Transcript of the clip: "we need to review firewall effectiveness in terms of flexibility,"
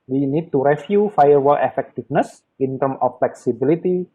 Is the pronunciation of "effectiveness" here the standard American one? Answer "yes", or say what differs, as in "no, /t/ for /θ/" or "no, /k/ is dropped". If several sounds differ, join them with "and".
no, /f/ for /v/